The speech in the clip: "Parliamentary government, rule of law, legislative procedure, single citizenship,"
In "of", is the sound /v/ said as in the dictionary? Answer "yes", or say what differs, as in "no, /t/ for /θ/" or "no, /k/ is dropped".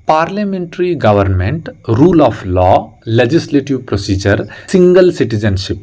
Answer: no, /p/ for /v/